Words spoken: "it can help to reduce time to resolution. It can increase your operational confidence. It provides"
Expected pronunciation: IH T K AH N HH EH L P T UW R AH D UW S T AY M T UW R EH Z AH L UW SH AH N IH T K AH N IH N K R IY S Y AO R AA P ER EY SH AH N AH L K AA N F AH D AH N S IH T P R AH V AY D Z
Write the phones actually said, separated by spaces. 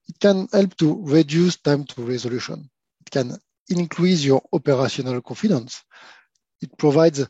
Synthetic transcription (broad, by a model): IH T K AH N HH EH L P T UW R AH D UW S T AY M T UW R EH Z AH L UW SH AH N IH T K AH N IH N K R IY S Y AO R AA P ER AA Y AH N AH L K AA F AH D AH N S IH T P R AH V AY D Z